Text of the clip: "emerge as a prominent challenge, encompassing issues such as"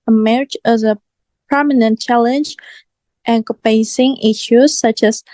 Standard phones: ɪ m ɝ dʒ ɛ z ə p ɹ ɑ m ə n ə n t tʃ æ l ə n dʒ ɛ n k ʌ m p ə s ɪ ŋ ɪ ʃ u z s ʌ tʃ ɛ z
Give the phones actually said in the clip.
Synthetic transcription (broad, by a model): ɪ m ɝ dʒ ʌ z ə p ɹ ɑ m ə n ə n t tʃ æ l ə n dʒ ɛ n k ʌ p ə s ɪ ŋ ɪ ʃ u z s ʌ tʃ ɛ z